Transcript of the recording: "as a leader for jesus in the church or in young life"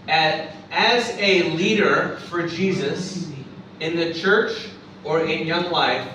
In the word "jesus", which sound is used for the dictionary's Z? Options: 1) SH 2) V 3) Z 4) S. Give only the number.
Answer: 3